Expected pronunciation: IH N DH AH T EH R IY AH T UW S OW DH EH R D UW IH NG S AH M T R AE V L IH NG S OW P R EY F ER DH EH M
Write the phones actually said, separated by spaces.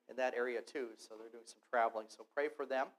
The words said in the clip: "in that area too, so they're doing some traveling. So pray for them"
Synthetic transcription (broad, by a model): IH N DH AH T EH R IY AH T UW S OW DH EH R D UW IH NG S AH M T R AE V L IH NG S OW P R EY F ER DH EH M